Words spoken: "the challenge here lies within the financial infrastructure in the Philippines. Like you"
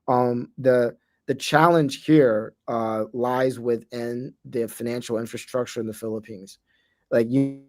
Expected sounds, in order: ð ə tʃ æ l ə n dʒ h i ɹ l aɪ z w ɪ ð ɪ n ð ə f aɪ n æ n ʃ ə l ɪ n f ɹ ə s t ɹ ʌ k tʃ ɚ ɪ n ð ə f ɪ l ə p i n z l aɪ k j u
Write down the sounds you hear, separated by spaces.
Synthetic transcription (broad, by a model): ð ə tʃ æ l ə n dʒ h i ɹ l aɪ z w ɪ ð ɪ n ð ə f aɪ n æ n ʃ l ɪ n f ɹ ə s t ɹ ʌ k tʃ ɚ ɪ n ð ə f ɪ l ə p i n z l aɪ k j